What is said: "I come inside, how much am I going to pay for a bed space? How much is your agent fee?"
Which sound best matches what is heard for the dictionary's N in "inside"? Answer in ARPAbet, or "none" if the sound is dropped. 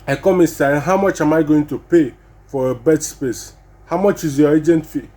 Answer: none